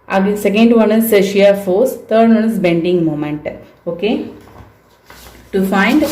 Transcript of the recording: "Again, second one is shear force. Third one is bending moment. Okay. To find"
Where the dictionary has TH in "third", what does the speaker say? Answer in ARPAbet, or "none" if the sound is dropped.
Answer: T